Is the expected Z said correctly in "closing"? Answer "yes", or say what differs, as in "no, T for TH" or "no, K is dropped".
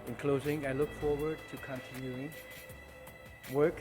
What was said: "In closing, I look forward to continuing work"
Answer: yes